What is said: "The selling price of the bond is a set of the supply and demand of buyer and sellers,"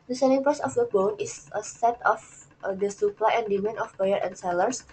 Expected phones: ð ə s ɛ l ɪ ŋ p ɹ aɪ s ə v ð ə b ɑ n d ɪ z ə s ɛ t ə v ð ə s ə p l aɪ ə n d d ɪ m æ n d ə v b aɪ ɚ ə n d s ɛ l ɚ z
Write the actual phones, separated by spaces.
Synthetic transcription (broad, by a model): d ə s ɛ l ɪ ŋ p aɪ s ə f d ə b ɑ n ɪ s ə s ɛ t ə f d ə s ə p l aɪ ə n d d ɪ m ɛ n ə f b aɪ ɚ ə n s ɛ l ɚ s